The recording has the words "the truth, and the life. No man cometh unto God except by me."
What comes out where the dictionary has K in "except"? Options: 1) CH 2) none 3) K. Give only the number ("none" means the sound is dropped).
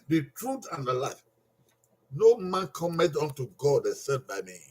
2